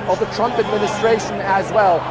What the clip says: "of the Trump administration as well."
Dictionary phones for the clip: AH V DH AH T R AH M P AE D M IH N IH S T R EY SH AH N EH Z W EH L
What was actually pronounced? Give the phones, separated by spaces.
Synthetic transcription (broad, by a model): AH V DH AH T R AH M P AE D M IH N IH S T R EY SH AH N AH Z W EH L